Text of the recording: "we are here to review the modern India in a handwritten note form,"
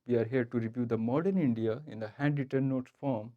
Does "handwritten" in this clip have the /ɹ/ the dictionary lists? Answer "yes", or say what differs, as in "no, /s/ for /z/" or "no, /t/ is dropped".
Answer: no, /ɹ/ is dropped